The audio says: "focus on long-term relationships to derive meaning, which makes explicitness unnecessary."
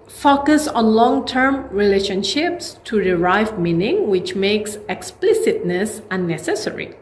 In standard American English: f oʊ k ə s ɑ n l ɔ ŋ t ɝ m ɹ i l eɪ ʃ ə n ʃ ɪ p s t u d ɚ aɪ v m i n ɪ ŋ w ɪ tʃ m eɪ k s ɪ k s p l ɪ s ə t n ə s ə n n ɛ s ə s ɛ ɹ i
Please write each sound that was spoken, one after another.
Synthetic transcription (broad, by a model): f oʊ k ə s ɑ n l ɔ ŋ t ɝ m ɹ i l eɪ ʃ ə n ʃ ɪ p s t u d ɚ aɪ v m i n ɪ ŋ w ɪ tʃ m eɪ k s ɪ k s p l ɪ s ə t n ə s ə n n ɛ s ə s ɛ ɹ i